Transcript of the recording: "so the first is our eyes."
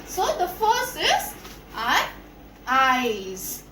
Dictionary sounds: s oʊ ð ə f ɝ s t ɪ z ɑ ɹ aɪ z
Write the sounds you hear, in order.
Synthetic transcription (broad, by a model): s oʊ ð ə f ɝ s ɪ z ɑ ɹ aɪ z